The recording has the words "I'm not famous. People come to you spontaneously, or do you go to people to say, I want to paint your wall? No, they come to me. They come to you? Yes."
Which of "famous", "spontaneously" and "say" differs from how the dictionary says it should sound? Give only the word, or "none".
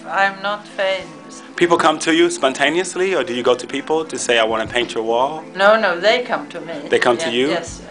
famous